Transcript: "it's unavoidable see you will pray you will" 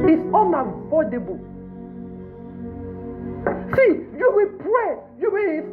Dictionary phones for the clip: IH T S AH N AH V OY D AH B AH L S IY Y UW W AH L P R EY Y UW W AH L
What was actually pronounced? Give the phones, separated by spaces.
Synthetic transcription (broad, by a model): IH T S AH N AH F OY D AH B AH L S IY Y UW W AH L P R EY Y UW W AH